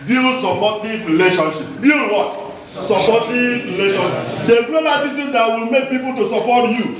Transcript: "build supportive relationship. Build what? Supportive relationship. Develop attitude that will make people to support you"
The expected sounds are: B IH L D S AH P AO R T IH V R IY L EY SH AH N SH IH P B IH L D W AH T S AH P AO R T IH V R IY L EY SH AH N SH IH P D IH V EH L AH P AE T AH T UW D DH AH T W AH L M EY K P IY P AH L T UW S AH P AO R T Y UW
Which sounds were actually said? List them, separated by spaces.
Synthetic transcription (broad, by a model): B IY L S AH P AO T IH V R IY L EY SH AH N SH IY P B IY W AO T S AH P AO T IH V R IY L EY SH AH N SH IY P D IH P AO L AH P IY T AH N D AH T W AH L M EY K P IY P AH L T UW S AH P AO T Y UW